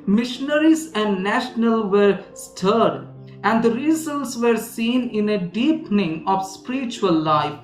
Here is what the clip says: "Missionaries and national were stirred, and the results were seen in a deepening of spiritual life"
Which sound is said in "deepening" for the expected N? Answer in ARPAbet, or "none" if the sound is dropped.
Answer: N